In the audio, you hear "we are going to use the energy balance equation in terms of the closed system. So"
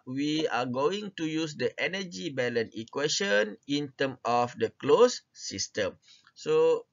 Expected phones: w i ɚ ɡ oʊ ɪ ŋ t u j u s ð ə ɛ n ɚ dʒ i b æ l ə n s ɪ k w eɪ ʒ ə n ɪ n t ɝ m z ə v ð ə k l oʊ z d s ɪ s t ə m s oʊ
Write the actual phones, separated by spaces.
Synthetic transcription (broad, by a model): w i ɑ ɡ oʊ ɪ ŋ t u j u s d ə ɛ n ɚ dʒ i b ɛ l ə n ɪ k w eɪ ʃ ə n ɪ n t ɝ m ə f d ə k l oʊ s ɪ s t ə m s oʊ